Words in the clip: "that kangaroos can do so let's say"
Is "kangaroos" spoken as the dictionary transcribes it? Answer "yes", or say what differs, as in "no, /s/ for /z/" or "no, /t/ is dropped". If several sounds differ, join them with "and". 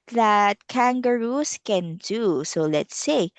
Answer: no, /s/ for /z/